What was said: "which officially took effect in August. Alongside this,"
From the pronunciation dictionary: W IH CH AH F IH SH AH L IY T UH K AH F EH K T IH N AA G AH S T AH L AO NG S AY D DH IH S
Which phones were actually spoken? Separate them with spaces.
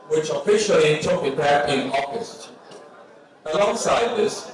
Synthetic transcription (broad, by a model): W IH CH AH F IH SH AH L IY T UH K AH P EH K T IH N AA G AH S T AH L AO NG S AY D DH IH S